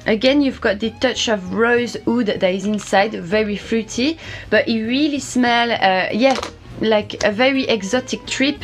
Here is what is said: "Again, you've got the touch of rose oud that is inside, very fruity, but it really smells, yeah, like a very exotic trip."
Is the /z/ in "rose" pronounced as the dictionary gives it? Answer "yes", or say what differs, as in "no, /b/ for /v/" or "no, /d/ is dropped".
yes